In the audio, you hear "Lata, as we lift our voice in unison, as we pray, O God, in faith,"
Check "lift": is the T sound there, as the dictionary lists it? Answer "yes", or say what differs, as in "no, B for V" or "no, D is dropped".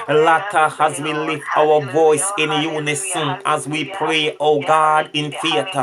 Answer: yes